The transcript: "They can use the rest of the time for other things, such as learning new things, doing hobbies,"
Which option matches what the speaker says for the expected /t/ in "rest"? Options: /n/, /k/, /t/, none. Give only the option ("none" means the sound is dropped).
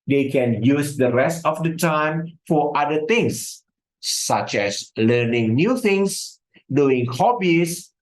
/t/